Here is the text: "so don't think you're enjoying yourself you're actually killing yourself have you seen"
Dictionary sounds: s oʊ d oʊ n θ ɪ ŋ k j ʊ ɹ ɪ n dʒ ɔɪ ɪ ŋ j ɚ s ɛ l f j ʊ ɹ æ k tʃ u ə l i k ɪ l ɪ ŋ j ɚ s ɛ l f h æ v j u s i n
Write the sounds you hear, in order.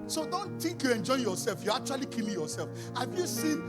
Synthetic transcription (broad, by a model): s oʊ d oʊ n t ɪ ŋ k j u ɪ n dʒ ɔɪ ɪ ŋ j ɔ s ɛ l f j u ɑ k tʃ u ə l i k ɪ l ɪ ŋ j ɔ s ɛ l f h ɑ v j u s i n